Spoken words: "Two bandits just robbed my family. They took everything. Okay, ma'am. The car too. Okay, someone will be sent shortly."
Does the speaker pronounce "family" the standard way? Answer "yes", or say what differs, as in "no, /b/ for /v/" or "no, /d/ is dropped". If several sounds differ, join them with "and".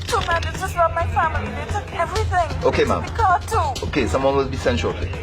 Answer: yes